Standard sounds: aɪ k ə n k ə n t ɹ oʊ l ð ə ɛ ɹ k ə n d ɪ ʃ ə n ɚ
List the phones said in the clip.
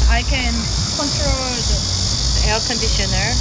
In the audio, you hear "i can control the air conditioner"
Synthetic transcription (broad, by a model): aɪ k ə n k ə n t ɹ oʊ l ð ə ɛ l k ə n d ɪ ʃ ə n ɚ